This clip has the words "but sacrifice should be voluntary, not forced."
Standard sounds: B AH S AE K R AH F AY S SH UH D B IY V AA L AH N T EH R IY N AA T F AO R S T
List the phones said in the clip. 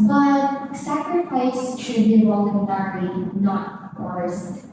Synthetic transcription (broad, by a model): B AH S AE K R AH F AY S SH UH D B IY W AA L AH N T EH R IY N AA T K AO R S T